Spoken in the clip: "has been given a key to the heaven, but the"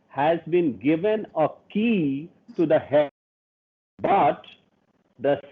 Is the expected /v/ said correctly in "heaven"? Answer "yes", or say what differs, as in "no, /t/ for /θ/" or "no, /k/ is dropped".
no, /b/ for /v/